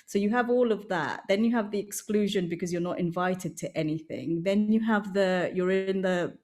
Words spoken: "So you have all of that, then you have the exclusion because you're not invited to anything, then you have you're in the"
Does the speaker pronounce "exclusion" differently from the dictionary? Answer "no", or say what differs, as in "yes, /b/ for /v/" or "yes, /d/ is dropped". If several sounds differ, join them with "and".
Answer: no